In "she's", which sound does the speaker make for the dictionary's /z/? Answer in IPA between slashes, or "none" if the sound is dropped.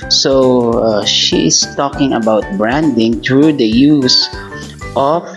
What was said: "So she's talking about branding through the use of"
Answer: /s/